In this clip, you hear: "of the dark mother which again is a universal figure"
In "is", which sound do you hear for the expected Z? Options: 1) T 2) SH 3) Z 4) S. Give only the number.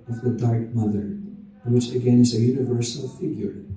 3